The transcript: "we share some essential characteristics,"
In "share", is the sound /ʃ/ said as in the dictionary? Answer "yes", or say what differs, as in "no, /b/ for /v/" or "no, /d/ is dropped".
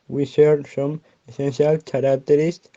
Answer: no, /s/ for /ʃ/